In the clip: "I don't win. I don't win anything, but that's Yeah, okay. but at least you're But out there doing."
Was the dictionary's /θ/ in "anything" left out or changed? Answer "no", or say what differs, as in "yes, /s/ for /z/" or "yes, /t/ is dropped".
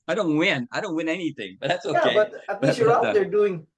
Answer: no